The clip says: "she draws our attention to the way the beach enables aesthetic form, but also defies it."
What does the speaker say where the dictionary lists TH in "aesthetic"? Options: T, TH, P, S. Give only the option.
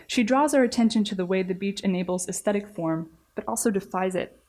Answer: TH